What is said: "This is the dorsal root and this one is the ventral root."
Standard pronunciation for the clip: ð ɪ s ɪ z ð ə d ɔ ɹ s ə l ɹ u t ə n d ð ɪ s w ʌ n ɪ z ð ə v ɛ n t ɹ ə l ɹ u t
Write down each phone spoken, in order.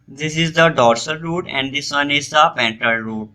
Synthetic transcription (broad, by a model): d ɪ s ɪ z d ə d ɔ ɹ s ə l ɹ u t ə n d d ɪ s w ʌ n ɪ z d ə p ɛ n t ə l ɹ u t